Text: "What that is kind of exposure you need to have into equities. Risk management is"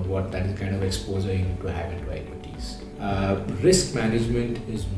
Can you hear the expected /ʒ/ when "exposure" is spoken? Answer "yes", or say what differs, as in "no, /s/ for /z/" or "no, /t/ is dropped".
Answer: no, /z/ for /ʒ/